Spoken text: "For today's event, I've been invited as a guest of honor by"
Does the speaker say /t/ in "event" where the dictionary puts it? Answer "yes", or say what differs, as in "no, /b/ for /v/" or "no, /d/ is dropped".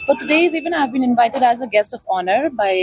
no, /t/ is dropped